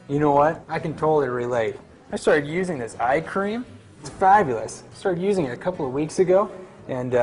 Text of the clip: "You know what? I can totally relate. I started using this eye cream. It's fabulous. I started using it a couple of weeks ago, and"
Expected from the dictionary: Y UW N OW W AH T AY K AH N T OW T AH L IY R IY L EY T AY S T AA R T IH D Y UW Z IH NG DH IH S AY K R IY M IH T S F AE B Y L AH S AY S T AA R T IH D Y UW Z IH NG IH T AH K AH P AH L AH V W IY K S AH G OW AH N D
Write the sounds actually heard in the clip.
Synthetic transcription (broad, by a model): Y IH N OW W AH T AY K AH N T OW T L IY R IY L EY T AY S T AA R T IH D Y UW Z IH NG DH IH S AY K R IY M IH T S F AE B Y L AH S AY S T AA R T IH D Y UW Z IH NG IH T AH K AH P L AH V W IY K S AH G OW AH N